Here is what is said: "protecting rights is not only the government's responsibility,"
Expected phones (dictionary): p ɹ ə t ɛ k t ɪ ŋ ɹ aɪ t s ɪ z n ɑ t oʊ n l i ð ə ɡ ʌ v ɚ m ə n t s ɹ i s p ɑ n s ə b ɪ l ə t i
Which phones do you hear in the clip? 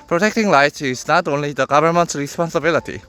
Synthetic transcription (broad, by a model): p ɹ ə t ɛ k t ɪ ŋ l aɪ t ɪ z n ɑ t oʊ n l i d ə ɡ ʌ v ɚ m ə n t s ɹ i s p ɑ n s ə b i l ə t i